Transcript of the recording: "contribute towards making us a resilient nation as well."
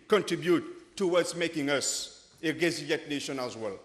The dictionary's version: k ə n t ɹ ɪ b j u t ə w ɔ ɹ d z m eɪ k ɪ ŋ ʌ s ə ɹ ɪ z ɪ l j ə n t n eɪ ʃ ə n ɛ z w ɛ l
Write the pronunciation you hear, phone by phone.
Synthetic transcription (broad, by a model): k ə n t ɹ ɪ b j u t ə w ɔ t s m eɪ k ɪ ŋ ʌ s ə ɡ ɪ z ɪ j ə t n eɪ ʃ ə n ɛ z w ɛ l